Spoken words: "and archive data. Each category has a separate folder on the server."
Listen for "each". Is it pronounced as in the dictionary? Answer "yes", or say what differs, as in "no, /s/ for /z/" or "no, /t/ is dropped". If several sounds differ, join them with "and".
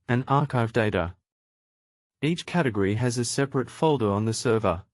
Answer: yes